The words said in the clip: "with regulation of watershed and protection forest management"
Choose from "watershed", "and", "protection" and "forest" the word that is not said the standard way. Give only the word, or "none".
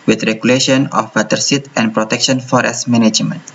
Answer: watershed